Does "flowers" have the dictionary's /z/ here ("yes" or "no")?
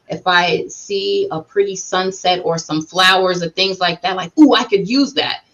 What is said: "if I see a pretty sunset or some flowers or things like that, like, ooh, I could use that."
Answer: yes